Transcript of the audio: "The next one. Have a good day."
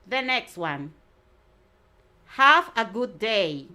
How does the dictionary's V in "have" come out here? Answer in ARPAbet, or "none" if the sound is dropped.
F